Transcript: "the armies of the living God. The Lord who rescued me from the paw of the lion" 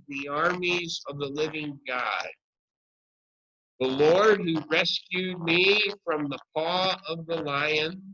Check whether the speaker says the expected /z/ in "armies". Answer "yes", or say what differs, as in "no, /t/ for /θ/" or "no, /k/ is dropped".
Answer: yes